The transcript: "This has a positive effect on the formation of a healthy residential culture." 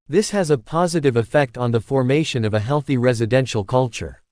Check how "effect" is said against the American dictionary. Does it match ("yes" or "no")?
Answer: yes